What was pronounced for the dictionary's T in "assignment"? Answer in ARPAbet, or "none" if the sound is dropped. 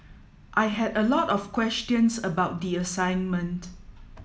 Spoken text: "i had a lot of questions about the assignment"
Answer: T